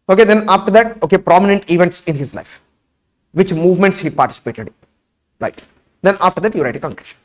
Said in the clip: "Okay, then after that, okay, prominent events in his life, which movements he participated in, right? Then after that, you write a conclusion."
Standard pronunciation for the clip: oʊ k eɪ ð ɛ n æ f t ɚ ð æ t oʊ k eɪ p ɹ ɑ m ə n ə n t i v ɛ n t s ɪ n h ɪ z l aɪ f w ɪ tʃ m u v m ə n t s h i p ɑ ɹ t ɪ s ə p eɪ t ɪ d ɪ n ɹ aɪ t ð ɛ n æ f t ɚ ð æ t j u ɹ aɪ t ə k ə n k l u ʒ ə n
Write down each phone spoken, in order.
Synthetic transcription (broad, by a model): oʊ k eɪ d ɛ n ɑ f t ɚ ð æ t oʊ k eɪ p ɹ ɑ m ə n ə n t i v ɛ n t s ɪ n h ɪ z l aɪ f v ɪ tʃ m u v m ə n t s h i p ɑ ɹ t ɪ s ə p eɪ t ɪ d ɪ ɹ aɪ t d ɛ n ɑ f t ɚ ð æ t j u ɹ aɪ t ə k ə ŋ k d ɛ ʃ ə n